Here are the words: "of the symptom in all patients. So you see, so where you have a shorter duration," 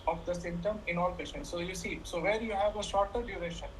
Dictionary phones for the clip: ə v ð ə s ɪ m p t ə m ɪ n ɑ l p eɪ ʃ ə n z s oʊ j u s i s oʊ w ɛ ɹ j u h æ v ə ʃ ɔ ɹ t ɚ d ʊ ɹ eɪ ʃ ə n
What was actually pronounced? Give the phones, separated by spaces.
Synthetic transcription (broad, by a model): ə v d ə s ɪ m t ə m ɪ n ɑ l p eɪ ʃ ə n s s oʊ j u s i s oʊ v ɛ ɹ j u h æ v ə ʃ ɔ ɹ t ɚ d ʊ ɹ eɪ ʃ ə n